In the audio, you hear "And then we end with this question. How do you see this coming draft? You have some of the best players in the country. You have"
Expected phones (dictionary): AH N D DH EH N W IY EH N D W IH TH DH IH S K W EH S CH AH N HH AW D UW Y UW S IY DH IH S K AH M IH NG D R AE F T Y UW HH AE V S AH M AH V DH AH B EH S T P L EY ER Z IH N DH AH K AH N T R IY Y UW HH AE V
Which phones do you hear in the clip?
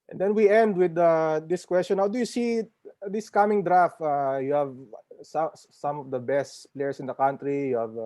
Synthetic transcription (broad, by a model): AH N D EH N W IY EH N D W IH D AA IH S K W EH S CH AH N HH AW D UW Y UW S IY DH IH S K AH M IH NG D R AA F T Y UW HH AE V S AH M AH V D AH B EH S T P L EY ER S IH N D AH K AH N T R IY Y UW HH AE V